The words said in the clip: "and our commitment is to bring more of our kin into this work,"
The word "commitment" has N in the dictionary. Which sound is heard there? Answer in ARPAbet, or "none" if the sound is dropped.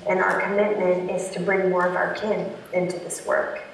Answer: N